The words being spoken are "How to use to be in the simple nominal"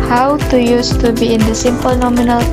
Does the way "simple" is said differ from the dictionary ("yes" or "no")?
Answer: no